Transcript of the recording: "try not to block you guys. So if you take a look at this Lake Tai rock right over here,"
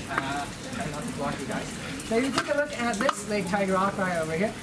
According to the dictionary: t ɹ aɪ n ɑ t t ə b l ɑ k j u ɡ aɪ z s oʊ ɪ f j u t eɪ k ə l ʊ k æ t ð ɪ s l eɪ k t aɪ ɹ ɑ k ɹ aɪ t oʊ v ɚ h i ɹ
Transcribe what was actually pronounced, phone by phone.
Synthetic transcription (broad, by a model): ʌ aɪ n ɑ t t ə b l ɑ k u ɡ aɪ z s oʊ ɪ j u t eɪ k ə l ʊ k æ t ð ɪ s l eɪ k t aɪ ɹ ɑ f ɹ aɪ oʊ v ɚ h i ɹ